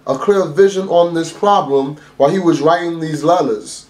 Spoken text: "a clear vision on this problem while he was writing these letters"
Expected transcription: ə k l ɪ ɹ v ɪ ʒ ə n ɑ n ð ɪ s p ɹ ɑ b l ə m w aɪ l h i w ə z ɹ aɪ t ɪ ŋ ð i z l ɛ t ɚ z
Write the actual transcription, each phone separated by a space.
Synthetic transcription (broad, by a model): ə k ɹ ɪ l v ɪ ʒ ə n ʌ n ð ɪ s p ɹ ɑ b l ə m w aɪ l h i w ə z ɹ aɪ t ɪ ŋ ð i z l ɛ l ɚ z